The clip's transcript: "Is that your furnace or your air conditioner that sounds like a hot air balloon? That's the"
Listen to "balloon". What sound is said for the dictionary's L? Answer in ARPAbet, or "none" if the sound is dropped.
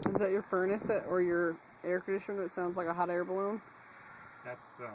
L